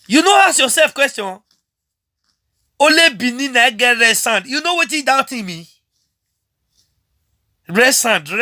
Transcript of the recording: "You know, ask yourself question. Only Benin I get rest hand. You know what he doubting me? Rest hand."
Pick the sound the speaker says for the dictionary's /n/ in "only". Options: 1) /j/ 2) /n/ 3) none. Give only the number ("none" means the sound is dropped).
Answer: 3